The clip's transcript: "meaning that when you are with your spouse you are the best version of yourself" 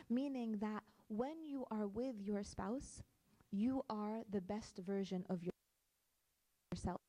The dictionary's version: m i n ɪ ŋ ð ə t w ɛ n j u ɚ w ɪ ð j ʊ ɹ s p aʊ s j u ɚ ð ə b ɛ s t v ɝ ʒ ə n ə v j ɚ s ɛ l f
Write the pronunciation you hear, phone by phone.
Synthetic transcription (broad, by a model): m i n ɪ ŋ ð ə t w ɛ n j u ɚ w ɪ ð j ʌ ɹ s p aʊ s j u ɚ ð ə b ɛ s t v ɝ ʒ ə n ə v j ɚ s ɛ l